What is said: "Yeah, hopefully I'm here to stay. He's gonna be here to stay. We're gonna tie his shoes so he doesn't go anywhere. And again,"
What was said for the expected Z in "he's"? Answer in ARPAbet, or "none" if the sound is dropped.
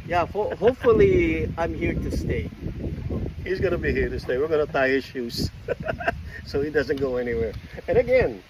Z